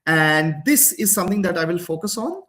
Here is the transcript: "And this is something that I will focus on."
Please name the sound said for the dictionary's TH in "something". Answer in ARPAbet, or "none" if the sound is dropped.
T